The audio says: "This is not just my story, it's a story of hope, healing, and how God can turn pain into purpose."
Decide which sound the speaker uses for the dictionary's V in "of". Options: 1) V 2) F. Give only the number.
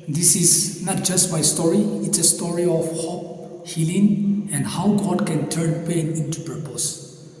2